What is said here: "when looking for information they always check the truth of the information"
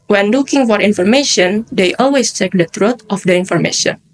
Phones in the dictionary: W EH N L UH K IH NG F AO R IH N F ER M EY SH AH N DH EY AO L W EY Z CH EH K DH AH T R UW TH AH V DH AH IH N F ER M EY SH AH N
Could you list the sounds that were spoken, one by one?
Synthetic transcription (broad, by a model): W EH N L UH K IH NG F AO R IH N F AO M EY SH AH N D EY AO L W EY S CH EH K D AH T R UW T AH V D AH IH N F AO M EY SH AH N